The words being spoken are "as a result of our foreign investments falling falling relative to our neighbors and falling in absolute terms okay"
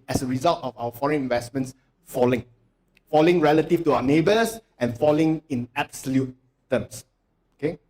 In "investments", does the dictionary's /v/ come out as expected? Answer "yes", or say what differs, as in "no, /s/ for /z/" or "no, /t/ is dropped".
yes